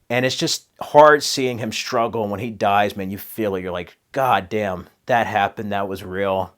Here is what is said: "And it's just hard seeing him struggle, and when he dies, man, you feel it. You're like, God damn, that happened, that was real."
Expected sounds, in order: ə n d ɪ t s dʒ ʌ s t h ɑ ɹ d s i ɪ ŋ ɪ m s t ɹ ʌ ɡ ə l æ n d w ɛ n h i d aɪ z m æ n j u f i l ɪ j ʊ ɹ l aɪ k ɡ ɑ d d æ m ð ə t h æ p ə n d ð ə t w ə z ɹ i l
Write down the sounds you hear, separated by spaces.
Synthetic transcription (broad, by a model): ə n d ɪ t s dʒ ʌ s t h ɑ ɹ d s i ɪ ŋ ɪ m s t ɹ ʌ ɡ l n w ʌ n i d aɪ z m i n j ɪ f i l ɪ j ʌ ɹ l aɪ k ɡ ɑ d d æ m ð ə t h æ p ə n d ð ə t w ə z ɹ i l